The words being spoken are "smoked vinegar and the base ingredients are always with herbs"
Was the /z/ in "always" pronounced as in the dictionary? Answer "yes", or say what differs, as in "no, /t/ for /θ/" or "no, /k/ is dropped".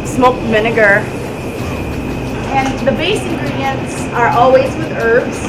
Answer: yes